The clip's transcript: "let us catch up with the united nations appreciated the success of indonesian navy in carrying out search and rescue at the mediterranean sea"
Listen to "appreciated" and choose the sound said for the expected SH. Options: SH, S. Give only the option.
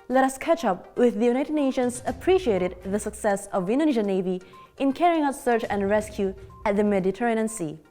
SH